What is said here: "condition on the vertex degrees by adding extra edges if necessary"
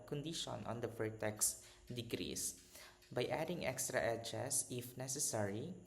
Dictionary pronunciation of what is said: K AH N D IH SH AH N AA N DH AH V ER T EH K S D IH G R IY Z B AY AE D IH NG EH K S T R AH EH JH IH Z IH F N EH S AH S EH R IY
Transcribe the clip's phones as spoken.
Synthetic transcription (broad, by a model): K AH N D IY SH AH N AA N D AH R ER T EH K S D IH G R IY S B AY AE D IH NG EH K S T R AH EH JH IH S IH F N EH S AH S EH R IY